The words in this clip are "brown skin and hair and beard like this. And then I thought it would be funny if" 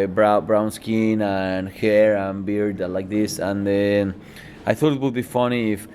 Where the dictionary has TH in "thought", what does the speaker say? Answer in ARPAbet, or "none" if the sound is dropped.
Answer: TH